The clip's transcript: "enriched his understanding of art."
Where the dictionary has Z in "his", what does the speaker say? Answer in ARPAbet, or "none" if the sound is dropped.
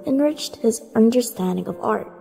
Z